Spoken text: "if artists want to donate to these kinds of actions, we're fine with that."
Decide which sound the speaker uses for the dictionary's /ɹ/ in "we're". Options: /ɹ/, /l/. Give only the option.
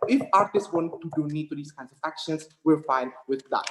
/l/